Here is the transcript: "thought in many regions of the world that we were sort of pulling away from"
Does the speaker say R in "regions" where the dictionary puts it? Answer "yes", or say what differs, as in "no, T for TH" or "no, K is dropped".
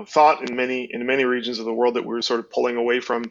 yes